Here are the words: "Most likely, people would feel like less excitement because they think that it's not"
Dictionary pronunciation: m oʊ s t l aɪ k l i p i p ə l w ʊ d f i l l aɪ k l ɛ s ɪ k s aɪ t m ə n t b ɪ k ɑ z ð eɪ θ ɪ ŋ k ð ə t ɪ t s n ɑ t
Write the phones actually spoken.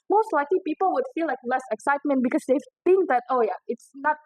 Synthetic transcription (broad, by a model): m oʊ s t l aɪ k l i p i p ə l w ʊ d f i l l aɪ k l ɛ s ɪ k s aɪ t m ə n t b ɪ k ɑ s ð eɪ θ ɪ ŋ k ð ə t ɪ t s n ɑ t